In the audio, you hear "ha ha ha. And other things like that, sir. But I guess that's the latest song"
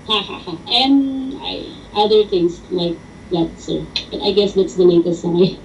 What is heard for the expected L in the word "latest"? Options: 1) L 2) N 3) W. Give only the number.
2